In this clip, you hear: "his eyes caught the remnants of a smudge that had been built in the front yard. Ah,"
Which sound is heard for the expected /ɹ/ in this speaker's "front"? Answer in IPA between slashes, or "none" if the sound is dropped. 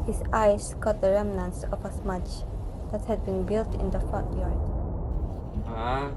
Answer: none